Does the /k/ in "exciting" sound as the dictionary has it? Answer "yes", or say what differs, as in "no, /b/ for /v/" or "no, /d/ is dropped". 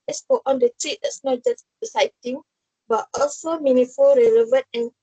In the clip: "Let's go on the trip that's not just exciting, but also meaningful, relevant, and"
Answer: no, /k/ is dropped